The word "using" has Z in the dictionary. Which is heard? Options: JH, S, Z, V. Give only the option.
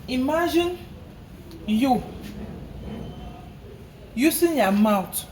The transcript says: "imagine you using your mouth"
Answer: S